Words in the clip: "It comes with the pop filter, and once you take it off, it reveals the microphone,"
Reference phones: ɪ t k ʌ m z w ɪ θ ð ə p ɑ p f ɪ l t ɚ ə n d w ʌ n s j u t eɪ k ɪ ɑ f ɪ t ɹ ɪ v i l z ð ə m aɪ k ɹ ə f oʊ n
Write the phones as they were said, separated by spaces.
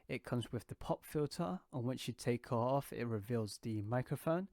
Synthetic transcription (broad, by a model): ɪ t k ʌ m z w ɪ ð ə p ɑ p f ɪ l t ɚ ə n w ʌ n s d t eɪ k ɪ ɑ f ɪ t ɹ ɪ v i l z ð ə m aɪ k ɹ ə f oʊ n